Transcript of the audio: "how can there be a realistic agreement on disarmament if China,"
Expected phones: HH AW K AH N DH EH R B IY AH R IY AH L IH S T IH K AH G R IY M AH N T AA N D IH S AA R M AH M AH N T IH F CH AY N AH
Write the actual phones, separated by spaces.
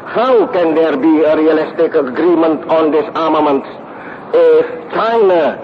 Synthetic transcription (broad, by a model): HH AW K AH N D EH R B IY AH R IY AH L IH S T IH K AH G R IY M AH N T AA N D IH S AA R M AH M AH N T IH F CH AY N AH